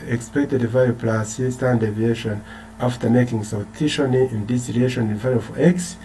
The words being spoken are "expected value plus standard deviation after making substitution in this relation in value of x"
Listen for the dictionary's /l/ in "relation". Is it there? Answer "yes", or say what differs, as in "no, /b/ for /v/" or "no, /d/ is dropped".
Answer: no, /l/ is dropped